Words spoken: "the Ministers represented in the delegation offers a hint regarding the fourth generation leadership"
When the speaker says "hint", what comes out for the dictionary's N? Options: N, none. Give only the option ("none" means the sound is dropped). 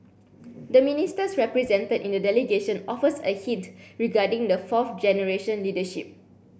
none